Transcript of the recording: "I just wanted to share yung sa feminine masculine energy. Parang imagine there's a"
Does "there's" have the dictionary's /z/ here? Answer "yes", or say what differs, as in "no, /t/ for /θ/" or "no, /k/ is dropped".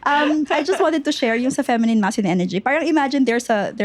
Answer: no, /s/ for /z/